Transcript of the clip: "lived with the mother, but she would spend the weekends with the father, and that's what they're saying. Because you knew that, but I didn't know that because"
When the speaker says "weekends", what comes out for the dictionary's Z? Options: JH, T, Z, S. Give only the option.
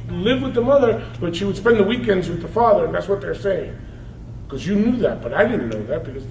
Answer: Z